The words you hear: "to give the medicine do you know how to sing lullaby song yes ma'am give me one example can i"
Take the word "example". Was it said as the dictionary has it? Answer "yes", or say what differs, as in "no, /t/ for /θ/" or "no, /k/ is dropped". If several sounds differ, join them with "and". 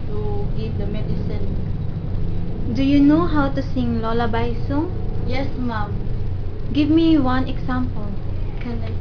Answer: no, /s/ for /z/